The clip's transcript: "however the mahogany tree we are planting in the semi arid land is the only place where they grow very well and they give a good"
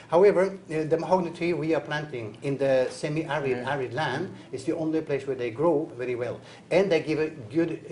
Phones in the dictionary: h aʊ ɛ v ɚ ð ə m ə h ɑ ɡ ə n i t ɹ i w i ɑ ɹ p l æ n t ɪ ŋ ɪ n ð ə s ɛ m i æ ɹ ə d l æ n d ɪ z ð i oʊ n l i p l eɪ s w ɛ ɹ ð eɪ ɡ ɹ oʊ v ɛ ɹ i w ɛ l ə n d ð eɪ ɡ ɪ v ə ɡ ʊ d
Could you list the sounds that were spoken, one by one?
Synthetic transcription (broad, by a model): h aʊ ɛ v ɚ ð ə m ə h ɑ ɡ n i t i w i ɑ ɹ p l æ n t ɪ ŋ ɪ n ð ə s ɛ m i æ ɹ ə d l æ n d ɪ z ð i oʊ n l i p l eɪ s w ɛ ɹ ð eɪ ɡ ɹ oʊ v ɛ ɹ i w ɛ l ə n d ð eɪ ɡ ɪ v ə ɡ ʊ d